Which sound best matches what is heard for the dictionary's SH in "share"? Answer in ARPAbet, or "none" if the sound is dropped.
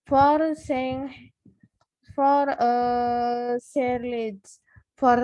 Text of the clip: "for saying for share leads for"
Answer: S